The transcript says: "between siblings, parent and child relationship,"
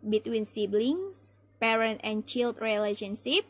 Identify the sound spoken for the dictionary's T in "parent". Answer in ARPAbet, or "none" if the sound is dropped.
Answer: T